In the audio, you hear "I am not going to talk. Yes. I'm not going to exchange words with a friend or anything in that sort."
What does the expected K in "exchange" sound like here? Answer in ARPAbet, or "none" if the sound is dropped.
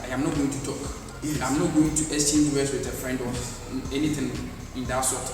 none